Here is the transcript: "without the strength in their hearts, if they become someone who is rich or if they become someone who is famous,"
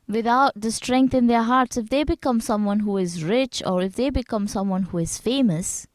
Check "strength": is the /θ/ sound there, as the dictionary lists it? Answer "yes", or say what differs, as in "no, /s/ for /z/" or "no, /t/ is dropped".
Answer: no, /t/ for /θ/